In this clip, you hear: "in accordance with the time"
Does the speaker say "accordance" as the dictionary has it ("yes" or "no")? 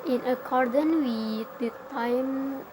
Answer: no